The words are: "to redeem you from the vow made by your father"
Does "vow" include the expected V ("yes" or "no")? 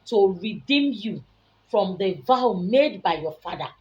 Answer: yes